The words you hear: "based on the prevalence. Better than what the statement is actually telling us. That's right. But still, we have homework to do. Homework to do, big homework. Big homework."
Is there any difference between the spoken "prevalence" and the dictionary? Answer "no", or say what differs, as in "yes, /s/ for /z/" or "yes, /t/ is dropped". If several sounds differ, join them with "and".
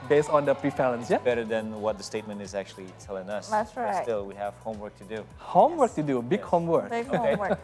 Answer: yes, /f/ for /v/